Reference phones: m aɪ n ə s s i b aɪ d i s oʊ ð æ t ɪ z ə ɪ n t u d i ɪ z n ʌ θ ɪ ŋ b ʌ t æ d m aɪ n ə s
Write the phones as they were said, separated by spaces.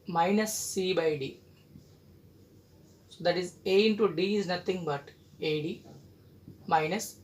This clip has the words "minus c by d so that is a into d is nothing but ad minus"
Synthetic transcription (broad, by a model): m aɪ n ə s s i b aɪ d i s oʊ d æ t ɪ z ə ɪ n t u d i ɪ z n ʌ t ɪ ŋ b ʌ t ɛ d m aɪ n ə s